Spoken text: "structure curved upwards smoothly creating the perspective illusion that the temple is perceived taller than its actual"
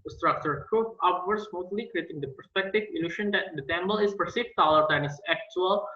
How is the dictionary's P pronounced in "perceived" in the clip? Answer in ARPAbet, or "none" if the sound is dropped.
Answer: F